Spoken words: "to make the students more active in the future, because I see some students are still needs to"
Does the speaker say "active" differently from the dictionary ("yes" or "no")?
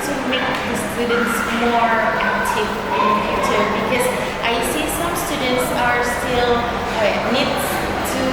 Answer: yes